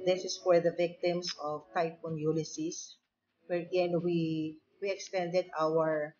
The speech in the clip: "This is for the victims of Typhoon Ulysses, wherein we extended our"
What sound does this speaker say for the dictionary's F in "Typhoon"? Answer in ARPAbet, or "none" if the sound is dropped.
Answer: P